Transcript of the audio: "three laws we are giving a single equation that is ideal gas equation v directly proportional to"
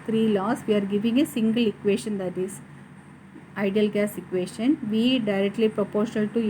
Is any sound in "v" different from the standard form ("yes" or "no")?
no